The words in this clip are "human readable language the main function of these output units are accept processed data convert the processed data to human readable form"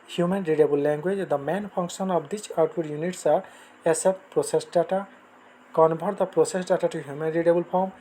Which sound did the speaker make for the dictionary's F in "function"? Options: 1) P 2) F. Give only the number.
1